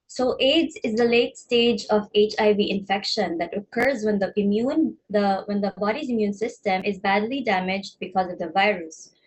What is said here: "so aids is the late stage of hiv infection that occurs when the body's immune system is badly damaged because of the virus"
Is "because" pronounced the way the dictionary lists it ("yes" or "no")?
yes